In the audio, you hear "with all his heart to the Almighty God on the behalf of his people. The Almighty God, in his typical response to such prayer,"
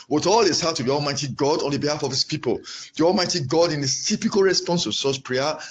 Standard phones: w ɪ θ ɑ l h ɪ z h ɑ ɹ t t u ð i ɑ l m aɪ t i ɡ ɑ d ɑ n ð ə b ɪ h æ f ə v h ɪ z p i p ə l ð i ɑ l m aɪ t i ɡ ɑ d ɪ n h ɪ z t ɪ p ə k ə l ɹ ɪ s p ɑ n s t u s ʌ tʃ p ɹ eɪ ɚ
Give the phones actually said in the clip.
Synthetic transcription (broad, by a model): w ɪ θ ɑ l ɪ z h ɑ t t u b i ɑ l m aɪ t i ɡ ɑ d ɑ n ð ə b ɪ h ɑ f ə v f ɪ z p i p ə l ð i ɑ l m aɪ t i ɡ ɑ d ɪ n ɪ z t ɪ p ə k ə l ɹ ɪ s p ɑ n s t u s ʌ s p ɹ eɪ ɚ